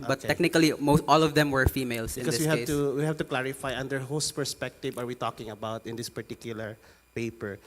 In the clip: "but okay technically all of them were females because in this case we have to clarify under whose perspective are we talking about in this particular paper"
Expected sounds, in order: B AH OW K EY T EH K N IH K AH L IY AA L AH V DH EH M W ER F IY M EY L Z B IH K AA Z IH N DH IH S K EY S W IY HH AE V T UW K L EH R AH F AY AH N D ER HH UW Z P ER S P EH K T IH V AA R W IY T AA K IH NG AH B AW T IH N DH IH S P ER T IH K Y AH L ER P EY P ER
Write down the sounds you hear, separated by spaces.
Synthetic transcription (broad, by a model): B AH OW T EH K N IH K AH L IY AA L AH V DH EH M W ER F IY M EY L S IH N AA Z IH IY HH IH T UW W IY HH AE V T UW K L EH R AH F AY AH N D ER HH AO S P ER S P EH K T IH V AA R W IY T AA K IH NG AH B AW T IH N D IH S P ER T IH K Y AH L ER P EY P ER